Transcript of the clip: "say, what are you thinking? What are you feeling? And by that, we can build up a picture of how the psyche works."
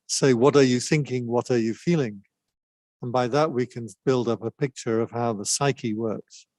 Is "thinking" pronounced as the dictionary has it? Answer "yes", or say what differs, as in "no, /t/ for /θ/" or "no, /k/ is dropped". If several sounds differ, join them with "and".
yes